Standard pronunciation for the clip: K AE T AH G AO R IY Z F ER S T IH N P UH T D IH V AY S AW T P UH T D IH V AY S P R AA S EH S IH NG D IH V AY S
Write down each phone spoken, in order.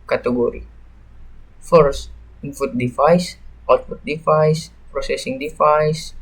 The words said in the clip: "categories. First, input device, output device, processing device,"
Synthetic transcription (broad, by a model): K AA T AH G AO R IY F ER S T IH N F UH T D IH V AY S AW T F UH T D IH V AY S P R AA S EH S IH NG D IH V AY S